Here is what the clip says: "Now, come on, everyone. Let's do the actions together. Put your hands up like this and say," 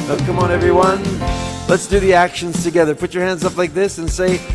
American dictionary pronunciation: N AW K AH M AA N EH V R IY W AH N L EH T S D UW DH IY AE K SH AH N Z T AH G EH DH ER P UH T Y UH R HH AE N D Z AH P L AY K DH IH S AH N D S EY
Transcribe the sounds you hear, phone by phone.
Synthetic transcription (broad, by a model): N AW K AH M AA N EH V R IY W AH N L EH T S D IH DH IY AE K SH AH N Z T AH G EH DH ER P UH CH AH R HH AE N D Z AH P L AY K DH IH S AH N S EY